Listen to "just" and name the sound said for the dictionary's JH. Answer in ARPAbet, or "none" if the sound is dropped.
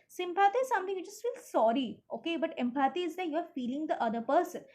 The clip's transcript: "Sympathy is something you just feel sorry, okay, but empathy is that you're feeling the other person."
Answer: CH